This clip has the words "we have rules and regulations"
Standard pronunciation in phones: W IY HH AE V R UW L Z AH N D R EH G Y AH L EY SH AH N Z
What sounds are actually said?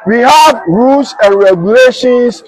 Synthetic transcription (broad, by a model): W IY HH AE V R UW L S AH N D R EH G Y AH L EY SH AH N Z